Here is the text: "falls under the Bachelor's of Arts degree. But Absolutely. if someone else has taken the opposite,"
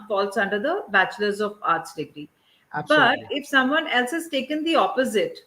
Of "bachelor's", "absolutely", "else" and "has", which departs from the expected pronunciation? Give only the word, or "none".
absolutely